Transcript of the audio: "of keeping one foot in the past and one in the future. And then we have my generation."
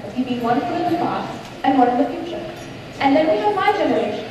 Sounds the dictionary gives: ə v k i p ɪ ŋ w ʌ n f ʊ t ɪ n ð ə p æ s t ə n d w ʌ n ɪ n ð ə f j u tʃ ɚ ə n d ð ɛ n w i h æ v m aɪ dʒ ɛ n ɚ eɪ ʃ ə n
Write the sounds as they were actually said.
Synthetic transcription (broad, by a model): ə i b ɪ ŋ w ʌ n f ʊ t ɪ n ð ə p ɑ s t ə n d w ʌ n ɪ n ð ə f j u tʃ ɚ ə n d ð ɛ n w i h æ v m aɪ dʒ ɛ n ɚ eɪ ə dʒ